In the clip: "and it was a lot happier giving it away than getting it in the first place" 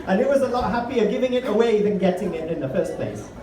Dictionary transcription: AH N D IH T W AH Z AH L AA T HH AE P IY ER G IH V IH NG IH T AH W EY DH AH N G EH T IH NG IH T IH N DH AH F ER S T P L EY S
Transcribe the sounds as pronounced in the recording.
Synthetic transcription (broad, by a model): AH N IH T W AH Z AH L AA T HH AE P IY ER G IH V IH NG IH T AH W EY DH AH N G EH T IH NG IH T IH N DH AH F ER S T P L EY S